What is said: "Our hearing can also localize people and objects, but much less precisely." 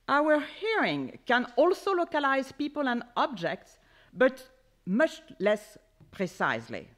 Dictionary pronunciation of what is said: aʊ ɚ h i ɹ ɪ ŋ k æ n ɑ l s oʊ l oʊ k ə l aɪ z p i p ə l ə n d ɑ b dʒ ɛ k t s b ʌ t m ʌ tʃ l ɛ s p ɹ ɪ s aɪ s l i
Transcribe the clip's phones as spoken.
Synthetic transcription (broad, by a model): aʊ ɚ h i ɹ ɪ ŋ k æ n ɑ l s oʊ l oʊ k ə l aɪ z p i p ə l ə n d ɑ b dʒ ɛ k t s b ʌ t m ʌ tʃ l ɛ s p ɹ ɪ s aɪ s l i